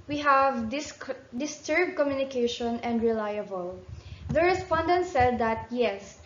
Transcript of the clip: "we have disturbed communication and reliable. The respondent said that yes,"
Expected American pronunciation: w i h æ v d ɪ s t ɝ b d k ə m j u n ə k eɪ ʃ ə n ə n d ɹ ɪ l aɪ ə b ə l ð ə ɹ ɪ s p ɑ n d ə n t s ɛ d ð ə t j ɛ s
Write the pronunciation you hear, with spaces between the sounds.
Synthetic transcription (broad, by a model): w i h æ v d ɪ s t ɝ b d k ə m j u n ə k eɪ ʃ ə n ə n d ɹ ɪ l aɪ ə b ə l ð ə ɹ ɪ s p ɑ n d ə n t s ɛ d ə t j ɛ s